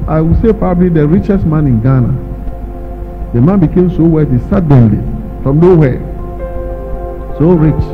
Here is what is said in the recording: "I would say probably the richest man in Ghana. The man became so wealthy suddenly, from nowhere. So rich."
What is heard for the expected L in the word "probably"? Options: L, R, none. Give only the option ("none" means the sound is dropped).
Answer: L